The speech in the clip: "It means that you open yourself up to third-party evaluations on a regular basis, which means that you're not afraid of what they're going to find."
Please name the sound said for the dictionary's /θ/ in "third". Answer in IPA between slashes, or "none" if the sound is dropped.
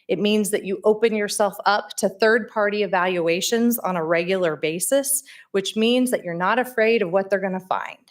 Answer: /θ/